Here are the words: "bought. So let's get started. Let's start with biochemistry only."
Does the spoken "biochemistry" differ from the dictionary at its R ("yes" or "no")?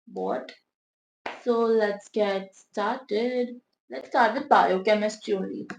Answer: yes